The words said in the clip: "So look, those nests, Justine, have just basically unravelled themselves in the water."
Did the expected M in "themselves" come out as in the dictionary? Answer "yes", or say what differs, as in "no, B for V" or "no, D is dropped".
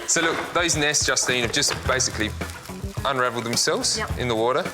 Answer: yes